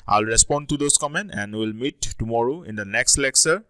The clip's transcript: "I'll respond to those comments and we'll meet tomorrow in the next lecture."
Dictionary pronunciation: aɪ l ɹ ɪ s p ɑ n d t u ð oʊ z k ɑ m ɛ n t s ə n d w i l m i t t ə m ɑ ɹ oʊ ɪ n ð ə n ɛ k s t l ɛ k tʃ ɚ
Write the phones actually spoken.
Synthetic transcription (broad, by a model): aɪ l ɹ ɪ s p ɑ n d t u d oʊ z k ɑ m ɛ n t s ə n d w i l m i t t ə m ɑ ɹ oʊ ɪ n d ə n ɛ k s t l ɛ k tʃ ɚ